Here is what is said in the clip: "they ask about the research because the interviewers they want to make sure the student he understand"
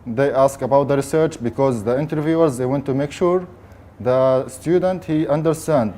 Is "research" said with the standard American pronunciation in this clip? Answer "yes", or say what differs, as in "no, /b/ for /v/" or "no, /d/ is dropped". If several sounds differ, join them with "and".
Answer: yes